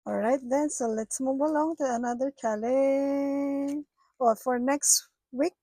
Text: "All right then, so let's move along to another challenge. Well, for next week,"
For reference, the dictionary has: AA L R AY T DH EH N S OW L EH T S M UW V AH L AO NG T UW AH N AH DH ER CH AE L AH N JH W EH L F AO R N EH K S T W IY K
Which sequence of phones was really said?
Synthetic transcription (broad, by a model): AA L R AY T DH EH N S OW L EH T S M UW B AH L AO NG T UW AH N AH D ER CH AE L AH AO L F AO R N EH K S T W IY K